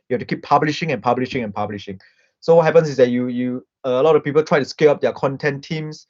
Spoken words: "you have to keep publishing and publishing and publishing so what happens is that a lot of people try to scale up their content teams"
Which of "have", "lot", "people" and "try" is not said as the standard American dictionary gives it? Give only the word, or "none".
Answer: have